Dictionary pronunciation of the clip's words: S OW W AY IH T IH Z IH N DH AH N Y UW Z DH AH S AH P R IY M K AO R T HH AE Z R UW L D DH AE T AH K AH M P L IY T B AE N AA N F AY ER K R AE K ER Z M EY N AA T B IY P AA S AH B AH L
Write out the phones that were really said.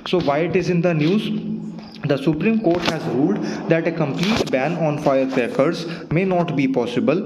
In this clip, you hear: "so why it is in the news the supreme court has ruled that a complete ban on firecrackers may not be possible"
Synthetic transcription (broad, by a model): S OW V AY IH T IH Z IH N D AH N Y UW Z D AH S AH P R IY M K AO R T HH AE Z R UW L D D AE T AH K AH M P L IY T B AE N AA N F AY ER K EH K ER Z M EY N AA T B IY P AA S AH B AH L